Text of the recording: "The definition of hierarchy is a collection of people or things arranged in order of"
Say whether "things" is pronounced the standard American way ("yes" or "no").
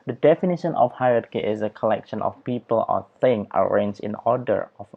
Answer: no